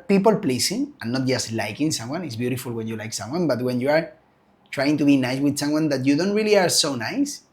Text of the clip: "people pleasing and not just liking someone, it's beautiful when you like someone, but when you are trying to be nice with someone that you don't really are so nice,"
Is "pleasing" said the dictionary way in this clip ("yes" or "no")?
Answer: no